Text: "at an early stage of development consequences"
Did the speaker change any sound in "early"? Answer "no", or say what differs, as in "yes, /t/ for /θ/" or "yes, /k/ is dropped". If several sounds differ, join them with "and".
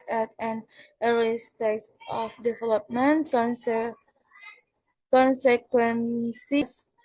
yes, /l/ is dropped